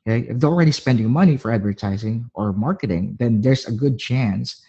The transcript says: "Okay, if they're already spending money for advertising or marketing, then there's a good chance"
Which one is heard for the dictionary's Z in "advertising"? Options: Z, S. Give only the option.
Z